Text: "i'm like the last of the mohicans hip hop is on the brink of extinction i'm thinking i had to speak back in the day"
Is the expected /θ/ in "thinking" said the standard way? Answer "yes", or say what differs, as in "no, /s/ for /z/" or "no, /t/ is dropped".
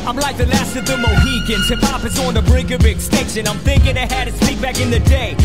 yes